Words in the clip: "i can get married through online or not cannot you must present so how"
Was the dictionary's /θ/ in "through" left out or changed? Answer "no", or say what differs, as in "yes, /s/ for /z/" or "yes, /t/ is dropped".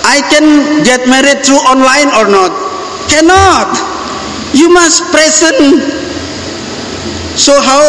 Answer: yes, /t/ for /θ/